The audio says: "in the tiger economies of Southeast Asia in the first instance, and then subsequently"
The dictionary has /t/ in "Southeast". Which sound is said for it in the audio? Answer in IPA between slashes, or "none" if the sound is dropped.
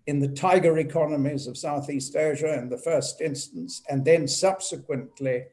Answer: /t/